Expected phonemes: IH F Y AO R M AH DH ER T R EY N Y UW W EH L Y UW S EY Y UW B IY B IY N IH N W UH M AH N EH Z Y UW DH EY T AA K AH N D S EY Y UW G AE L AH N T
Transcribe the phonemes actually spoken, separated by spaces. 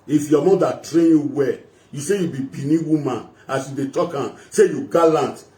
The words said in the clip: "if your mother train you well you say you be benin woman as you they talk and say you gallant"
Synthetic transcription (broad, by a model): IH F Y AO M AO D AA T R EY N Y UW W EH Y UW S EY Y UW B IY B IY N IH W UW M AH N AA S Y UW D EY T AA K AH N S EY Y UW G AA L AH N T